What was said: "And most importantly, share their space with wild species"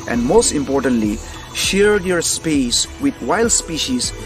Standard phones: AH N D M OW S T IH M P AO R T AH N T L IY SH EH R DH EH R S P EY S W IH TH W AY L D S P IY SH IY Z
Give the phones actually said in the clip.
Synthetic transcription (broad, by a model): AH N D M OW S T IH M P AO R T AH N T L IY SH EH R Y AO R S P EY S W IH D W AY L D S P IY SH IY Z